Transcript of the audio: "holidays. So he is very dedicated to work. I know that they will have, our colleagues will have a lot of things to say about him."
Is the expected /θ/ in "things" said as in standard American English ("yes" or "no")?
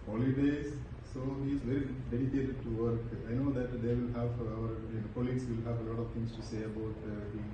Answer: no